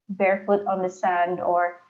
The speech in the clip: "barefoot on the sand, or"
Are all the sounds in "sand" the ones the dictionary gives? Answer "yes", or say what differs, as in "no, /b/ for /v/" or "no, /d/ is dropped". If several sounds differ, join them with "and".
yes